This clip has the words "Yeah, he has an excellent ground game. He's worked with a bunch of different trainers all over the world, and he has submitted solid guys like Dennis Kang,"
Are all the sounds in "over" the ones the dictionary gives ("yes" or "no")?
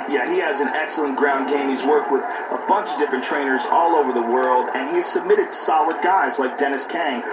yes